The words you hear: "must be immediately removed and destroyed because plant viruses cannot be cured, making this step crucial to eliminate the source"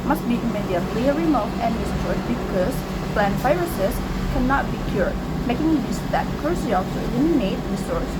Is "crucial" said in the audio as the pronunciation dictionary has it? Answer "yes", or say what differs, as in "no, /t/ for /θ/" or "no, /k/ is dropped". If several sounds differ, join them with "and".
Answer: no, /s/ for /ʃ/